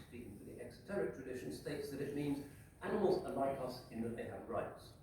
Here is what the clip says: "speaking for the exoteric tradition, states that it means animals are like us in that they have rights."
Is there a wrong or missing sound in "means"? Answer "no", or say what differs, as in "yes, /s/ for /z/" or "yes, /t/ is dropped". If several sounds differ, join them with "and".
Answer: no